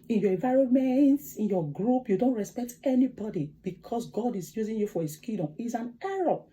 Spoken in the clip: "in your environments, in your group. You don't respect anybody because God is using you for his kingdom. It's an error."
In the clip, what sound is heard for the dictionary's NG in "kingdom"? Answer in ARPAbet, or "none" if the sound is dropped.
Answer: none